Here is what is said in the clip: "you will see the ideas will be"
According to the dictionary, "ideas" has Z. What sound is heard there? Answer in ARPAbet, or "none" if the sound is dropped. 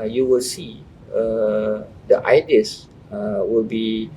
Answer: none